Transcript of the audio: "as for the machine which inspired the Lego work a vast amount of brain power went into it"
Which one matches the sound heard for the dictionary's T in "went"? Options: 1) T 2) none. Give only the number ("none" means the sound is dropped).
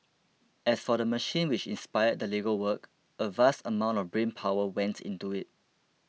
1